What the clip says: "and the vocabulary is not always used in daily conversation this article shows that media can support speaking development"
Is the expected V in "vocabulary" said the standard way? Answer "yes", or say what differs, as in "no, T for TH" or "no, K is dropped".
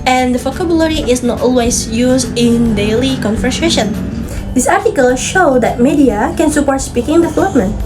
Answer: no, F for V